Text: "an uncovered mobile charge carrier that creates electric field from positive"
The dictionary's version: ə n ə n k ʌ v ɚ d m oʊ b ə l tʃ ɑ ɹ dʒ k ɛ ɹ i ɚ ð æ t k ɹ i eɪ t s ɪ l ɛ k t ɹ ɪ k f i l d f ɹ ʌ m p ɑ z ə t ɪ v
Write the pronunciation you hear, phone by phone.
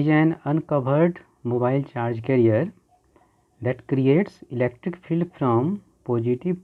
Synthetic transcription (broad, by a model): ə n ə n k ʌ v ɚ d m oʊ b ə l tʃ ɑ ɹ dʒ k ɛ ɹ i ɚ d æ t k ɹ i eɪ t s ɪ l ɛ k t ɹ ɪ k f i l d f ɹ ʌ m p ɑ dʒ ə t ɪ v